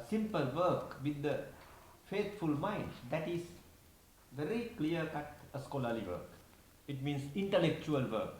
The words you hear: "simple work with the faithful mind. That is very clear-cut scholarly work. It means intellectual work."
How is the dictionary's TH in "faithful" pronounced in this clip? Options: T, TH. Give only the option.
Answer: T